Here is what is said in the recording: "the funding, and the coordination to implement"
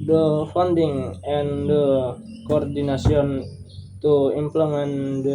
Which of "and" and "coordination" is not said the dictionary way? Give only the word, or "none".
coordination